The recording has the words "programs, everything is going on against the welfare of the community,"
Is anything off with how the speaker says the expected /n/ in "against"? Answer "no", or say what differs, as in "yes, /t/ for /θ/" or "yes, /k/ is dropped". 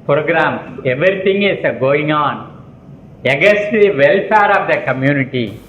yes, /n/ is dropped